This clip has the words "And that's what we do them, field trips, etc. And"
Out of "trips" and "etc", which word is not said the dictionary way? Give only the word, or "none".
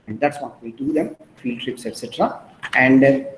none